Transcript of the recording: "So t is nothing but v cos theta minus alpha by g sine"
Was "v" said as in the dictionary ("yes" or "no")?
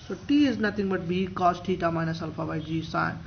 no